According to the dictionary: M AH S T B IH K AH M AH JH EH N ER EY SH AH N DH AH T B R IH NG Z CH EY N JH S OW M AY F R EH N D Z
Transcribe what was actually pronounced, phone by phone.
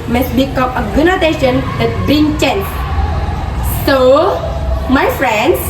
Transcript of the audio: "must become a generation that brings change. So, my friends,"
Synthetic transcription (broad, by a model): M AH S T B IH K AH M AH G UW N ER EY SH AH N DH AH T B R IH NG CH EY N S S OW M AY F R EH N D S